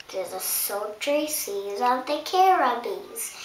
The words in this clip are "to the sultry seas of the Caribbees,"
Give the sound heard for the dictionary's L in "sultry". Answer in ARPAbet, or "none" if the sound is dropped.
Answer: none